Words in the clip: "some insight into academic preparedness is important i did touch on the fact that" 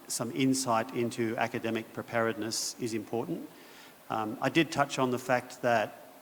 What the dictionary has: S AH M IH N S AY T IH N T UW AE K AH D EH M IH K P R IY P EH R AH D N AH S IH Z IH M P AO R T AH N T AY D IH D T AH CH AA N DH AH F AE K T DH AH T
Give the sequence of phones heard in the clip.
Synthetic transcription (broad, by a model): S AH M IH N S AY T IH N T UW AE K AH D EH M IH K P R IY P EH R AH D N AH S IH Z IH M P AO R T N T AY D IH D T AH CH N DH AH F AE K T DH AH T